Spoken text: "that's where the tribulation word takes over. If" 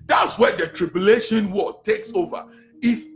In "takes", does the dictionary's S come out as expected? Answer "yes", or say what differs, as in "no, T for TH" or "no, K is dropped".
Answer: yes